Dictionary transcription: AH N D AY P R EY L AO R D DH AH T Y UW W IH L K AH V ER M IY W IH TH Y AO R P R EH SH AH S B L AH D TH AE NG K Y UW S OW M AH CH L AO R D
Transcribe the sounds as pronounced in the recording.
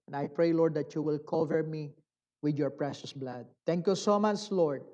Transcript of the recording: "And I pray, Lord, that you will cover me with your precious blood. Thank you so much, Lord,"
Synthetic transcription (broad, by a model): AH N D AY P R EY L AO R D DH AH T Y UW W IH L K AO V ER M IY W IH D Y AO R P R EH SH AH S B L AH D T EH NG K Y UW S OW M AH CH L AO R D